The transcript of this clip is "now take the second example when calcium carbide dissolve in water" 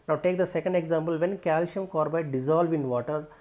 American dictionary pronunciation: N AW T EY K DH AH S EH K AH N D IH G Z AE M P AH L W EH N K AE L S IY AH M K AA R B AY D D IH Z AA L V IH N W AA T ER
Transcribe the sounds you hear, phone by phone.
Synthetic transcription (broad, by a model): N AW T EY K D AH S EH K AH N D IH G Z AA M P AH L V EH N K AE L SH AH M K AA R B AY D D IH Z AA L V IH N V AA T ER